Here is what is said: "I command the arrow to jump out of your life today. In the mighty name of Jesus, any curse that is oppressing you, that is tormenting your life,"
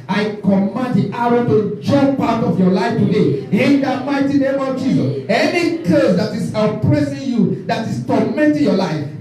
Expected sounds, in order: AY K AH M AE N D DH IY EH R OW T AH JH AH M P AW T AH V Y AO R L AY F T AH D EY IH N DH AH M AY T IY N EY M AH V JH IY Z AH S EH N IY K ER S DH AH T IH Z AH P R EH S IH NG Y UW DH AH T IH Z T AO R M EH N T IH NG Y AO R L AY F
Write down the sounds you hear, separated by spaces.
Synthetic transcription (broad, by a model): AY K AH M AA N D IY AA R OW T AH JH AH P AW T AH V Y AO L AY F T AH D EY IH N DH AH M AY T IY N EY M AH V JH IY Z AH S EH N IY K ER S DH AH T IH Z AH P R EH S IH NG Y UW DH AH T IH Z T AO M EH N T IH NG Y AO L AY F